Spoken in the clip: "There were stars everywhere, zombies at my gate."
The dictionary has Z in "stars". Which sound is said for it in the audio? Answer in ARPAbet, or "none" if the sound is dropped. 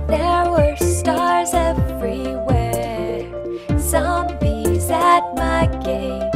Z